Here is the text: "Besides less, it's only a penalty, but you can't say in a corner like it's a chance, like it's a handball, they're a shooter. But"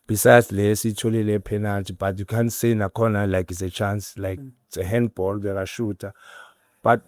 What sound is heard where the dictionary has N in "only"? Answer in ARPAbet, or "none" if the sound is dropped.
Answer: none